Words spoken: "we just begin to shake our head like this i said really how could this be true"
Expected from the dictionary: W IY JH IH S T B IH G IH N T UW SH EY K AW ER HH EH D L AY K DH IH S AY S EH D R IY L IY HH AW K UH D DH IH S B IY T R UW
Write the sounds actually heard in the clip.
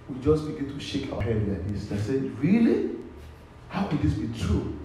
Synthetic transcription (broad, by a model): W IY JH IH S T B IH G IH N T UW SH EY K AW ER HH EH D N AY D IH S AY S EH R IY L IY HH AW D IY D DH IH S B IY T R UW